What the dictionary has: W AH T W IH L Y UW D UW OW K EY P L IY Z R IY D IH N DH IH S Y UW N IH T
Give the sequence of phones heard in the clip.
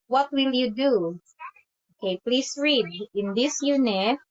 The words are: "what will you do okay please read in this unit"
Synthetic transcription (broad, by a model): W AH T W IH L Y UW D UW OW K EY P L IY S R IY D IH N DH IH S Y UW N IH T